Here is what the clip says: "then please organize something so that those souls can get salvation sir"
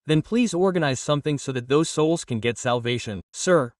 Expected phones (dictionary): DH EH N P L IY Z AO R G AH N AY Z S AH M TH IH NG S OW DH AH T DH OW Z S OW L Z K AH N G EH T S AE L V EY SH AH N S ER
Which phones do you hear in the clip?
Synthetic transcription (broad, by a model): DH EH N P L IY Z AO R G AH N AY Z S AH M TH IH NG S OW DH AH T DH OW Z S OW L Z K AH N G EH T S AE L V EY SH AH N S ER